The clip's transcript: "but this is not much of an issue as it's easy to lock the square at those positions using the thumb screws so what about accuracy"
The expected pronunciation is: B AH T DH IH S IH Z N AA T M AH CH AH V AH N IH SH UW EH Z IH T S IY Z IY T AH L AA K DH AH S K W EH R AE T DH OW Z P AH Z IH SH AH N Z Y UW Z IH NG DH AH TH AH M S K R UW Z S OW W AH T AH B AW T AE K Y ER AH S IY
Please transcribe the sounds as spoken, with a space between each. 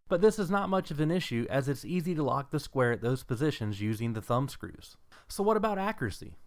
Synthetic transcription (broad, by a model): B AH T DH IH S IH Z N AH T M AH CH AH V AH N IH SH UW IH Z IH T S IY Z IY T AH L AA K DH AH S K W EH R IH T DH OW Z P AH Z IH SH AH N Z Y UW Z IH NG DH AH TH AH M S K R UW Z S OW W AH T AH B AW T AE K Y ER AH S IY